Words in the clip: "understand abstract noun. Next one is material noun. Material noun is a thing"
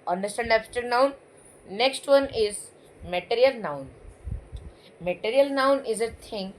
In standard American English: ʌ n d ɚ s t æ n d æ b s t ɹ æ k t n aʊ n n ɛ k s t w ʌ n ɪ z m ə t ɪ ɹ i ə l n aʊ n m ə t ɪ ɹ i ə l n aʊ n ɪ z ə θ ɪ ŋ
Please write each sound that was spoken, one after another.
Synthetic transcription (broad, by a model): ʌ n d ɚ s t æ n d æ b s t ʌ t n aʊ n n ɛ k s t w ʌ n ɪ z m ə t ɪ ɹ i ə l n aʊ n m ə t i ɹ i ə l n aʊ n ɪ z ə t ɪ ŋ